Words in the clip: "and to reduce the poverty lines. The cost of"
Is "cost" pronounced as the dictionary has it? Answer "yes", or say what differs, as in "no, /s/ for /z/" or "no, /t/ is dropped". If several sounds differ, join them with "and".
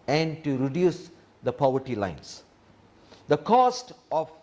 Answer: yes